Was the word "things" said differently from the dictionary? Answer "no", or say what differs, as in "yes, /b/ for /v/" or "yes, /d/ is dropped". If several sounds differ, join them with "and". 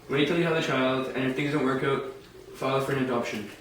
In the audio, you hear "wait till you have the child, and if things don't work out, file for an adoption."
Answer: no